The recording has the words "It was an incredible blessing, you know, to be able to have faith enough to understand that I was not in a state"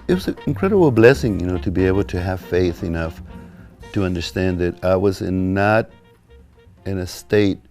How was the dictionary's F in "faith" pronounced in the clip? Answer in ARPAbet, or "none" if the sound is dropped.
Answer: F